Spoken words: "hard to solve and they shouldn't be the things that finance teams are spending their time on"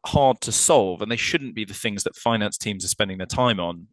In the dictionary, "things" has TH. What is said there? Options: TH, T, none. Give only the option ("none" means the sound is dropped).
TH